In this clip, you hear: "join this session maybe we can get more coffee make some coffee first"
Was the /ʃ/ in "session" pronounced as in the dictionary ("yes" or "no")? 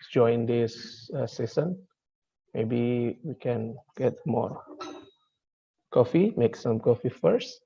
no